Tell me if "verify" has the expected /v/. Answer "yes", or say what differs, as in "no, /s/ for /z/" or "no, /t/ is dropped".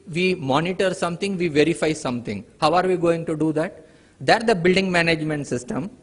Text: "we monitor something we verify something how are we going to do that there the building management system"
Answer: yes